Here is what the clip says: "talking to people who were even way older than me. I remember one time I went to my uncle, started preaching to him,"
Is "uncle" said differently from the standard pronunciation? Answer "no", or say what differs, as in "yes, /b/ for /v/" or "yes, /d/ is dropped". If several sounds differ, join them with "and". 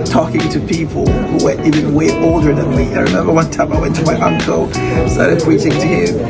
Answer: no